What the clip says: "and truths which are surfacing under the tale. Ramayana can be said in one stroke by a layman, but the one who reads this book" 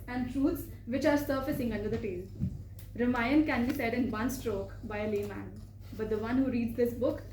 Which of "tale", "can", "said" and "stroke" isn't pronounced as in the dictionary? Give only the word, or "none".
none